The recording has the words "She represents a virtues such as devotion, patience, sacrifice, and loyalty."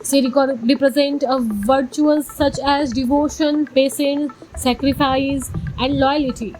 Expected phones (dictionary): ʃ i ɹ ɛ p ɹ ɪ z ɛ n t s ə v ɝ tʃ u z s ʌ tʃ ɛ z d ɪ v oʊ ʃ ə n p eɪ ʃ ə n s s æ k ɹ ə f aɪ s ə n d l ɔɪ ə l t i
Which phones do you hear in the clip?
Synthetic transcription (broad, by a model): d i ɹ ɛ p ɹ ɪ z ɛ n t ə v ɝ tʃ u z s ʌ tʃ ɛ z d ɪ v oʊ ʃ ə n p eɪ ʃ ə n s s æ k ɹ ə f aɪ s ə n d l ɔɪ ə l t i